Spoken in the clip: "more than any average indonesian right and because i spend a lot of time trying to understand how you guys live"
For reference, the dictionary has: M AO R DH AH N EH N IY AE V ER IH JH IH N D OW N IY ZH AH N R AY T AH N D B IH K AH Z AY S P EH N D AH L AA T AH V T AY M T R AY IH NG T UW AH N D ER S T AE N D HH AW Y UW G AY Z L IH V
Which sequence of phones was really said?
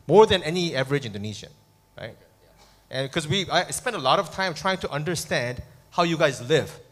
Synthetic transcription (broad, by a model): M AO R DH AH N EH N IY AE V ER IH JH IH N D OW N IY SH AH N R AY T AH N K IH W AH AY S P EH N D AH L AA T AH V T AY M T R AY IH NG T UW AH N D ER S T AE N D HH AW Y UW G AY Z L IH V